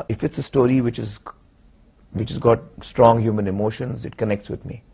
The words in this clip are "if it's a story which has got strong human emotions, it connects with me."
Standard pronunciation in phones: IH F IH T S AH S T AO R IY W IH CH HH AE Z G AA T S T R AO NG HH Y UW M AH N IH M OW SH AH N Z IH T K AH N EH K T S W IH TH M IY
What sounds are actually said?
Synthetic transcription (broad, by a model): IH F IH T S AH S T AO R IY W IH CH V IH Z G AA T S T R AO NG HH Y UW M AH N IH M OW SH AH N Z IH T K AH N EH K T S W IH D M IY